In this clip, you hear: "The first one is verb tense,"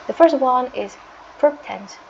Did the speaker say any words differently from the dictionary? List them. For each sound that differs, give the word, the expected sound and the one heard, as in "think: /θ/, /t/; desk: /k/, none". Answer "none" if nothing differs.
verb: /v/, /p/